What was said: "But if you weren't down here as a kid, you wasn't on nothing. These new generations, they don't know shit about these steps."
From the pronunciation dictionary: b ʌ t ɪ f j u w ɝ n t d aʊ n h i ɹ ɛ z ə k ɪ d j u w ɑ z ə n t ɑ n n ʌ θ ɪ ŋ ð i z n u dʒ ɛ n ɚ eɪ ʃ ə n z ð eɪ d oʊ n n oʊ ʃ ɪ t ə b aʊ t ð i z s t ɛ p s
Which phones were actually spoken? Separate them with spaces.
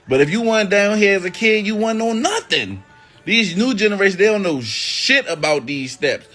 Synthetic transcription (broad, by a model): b ʌ t ɪ f j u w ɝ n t d aʊ n h i ɹ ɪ z ə k ɪ d j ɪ w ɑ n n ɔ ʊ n n ʌ θ ɪ ŋ ð i z n u dʒ ɛ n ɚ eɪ ə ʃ ð eɪ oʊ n n oʊ ʃ ɪ t ə b aʊ t ð i z s t ɛ p s